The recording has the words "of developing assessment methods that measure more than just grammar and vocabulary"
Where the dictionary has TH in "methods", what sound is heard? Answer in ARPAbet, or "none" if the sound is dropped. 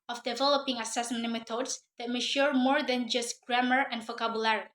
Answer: T